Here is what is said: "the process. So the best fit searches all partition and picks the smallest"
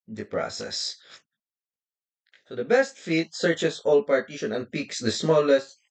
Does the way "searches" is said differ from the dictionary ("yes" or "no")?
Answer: yes